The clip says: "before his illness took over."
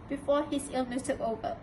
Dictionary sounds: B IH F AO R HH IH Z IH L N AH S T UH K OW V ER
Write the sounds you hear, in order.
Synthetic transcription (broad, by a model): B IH F AO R HH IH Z IH L N AH S T UH K OW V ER